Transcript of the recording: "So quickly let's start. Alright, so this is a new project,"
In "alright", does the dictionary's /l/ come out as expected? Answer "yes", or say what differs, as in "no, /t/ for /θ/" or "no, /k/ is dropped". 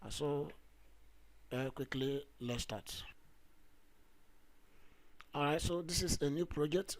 no, /l/ is dropped